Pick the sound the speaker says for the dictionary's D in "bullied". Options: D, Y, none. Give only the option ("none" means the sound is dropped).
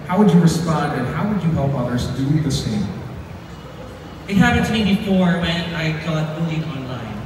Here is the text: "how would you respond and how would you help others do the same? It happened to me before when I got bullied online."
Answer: none